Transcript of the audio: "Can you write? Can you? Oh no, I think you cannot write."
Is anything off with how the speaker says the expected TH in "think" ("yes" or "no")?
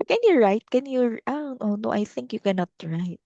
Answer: no